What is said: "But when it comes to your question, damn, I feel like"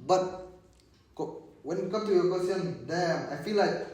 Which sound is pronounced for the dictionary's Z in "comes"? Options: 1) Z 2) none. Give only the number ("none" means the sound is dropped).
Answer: 2